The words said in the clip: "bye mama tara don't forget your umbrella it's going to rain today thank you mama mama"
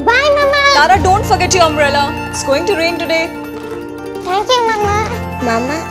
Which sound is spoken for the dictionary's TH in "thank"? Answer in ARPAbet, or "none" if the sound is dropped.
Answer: T